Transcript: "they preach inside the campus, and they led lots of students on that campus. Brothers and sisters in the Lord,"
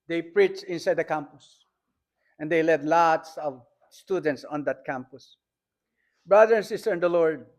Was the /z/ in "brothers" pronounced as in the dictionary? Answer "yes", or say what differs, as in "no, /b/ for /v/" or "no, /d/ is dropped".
no, /z/ is dropped